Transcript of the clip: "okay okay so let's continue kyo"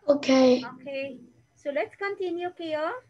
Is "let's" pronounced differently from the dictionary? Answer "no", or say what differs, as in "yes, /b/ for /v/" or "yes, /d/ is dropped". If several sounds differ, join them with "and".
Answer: yes, /s/ is dropped